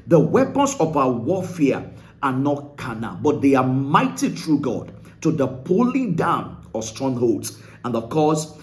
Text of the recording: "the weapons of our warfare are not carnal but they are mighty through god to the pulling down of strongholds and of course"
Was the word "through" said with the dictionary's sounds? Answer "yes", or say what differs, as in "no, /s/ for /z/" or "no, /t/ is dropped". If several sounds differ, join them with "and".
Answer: no, /t/ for /θ/